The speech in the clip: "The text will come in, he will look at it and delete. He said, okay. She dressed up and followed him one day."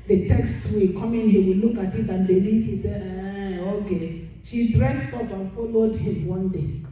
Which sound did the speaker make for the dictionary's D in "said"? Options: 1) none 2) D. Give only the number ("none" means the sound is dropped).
1